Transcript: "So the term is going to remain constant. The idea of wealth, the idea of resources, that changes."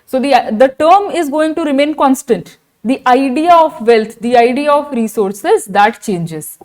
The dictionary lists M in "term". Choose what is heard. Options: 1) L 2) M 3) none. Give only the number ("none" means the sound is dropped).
2